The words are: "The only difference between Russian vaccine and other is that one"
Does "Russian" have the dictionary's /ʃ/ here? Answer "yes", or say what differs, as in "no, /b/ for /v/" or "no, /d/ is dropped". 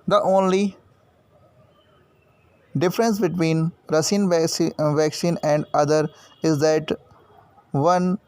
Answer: no, /s/ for /ʃ/